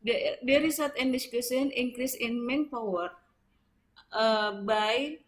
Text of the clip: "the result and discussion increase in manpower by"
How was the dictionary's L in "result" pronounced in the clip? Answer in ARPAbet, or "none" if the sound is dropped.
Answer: none